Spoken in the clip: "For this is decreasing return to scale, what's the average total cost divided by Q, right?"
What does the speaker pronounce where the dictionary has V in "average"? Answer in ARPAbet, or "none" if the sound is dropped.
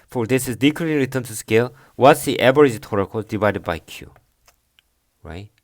B